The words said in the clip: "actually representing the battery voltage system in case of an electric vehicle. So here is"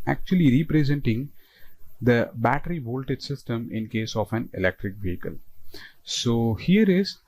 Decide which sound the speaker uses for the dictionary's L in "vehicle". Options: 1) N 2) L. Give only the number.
2